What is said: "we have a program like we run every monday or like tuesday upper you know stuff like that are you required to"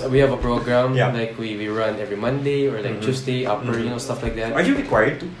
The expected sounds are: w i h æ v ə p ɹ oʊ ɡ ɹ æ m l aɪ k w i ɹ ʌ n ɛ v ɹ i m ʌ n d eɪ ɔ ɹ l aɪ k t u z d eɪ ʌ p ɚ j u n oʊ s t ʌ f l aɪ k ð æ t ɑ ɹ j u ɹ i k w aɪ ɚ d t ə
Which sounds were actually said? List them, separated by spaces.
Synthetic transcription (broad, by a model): w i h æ v ə p ɹ oʊ ɡ ɹ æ m l aɪ k w i ɹ ʌ n ɛ v ɹ i m ʌ n d eɪ ɔ ɹ l aɪ k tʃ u s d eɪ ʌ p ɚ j n oʊ s t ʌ f l aɪ k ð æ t ɑ ɹ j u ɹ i k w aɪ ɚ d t